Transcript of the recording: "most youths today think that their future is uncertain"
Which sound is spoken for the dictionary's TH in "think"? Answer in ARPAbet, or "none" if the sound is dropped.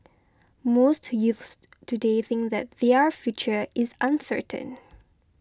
TH